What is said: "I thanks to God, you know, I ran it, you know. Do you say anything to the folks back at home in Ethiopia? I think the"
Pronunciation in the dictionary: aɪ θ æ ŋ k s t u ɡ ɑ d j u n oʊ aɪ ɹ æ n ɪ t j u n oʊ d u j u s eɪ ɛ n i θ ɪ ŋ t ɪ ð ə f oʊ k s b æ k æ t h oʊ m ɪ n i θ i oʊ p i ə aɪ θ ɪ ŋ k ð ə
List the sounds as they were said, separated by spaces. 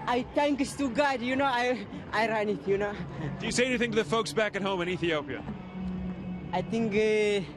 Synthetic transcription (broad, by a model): aɪ t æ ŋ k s t u ɡ ɑ d j u n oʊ aɪ ɹ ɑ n ɪ t j u n oʊ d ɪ j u s eɪ ɛ n i θ ɪ ŋ t ɪ ð ə f oʊ k s b æ k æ t h oʊ m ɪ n i θ i oʊ p i ə aɪ t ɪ ŋ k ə